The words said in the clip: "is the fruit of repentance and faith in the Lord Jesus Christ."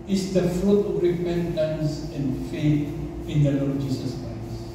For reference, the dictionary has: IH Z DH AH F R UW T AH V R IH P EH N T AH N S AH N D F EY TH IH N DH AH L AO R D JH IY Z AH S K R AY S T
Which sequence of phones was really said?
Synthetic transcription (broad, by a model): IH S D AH F R UW T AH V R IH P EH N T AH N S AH N F EY T IH N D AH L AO JH IY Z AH S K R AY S